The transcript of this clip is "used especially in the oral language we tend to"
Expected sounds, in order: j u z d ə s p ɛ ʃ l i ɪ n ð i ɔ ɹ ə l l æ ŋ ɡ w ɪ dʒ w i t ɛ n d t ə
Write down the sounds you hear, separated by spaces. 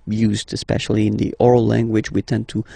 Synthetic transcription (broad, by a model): j u z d ə s p ɛ ʃ l i ɪ n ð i ɔ ɹ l l æ ŋ ɡ w ɪ dʒ w i t ɛ n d t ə